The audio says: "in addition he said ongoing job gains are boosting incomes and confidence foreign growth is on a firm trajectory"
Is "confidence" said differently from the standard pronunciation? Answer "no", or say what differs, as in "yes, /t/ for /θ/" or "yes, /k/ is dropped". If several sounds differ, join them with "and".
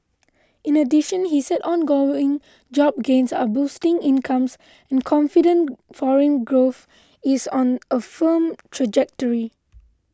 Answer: yes, /s/ is dropped